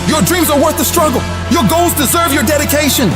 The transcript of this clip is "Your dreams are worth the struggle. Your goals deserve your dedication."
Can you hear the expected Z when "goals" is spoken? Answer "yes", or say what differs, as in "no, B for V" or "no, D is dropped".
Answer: yes